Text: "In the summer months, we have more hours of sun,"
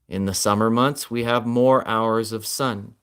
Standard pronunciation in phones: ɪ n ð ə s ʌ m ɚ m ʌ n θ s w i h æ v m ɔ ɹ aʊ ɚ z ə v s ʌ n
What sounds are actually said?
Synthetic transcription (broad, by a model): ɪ n ð ə s ʌ m ɚ m ʌ n θ s w i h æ v m ɔ ɹ aʊ ɚ z ə v s ʌ n